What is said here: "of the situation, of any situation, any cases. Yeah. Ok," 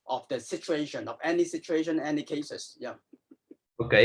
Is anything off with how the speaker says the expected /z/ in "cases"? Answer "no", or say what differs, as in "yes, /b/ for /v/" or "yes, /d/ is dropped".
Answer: yes, /s/ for /z/